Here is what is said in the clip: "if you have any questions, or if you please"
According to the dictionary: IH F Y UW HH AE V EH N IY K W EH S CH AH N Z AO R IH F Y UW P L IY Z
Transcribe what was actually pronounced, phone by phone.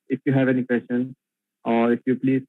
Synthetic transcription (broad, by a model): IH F Y UW HH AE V EH N IY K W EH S SH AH N AO R IH F Y UW P L IY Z